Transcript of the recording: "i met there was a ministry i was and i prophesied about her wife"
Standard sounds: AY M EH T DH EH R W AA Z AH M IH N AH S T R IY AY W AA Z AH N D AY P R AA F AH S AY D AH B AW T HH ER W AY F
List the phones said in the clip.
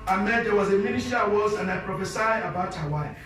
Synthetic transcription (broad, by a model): AY M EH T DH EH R W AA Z AH M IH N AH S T IY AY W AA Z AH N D AY P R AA F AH S AY AH B AW T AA W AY